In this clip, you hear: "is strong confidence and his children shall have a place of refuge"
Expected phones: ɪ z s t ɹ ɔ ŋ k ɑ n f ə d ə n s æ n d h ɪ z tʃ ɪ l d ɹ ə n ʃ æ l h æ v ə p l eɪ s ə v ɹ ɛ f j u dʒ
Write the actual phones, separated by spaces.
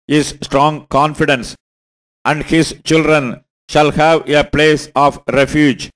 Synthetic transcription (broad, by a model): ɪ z s t ɹ ɔ ŋ k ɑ n f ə d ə n s æ n d h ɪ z tʃ ɪ l d ɹ ə n ʃ æ l h æ v ə p l eɪ s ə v ɹ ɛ f j u dʒ